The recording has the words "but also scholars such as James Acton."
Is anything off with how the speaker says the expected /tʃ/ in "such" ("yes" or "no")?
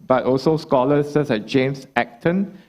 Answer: yes